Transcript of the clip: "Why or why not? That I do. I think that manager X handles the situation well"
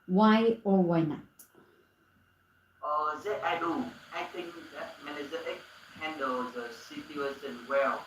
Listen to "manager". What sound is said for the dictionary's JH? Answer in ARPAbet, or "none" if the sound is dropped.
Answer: Z